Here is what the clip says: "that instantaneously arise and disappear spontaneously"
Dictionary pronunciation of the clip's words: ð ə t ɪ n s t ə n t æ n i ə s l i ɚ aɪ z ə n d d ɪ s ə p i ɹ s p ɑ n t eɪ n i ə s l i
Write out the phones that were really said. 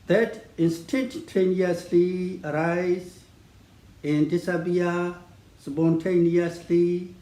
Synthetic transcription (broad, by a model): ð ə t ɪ n s t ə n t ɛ n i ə s l i ɚ aɪ z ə n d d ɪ s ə b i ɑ s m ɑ n t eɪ n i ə s l i